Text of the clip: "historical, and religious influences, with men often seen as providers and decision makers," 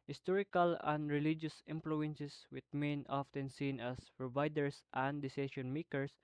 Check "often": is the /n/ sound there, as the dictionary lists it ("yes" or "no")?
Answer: yes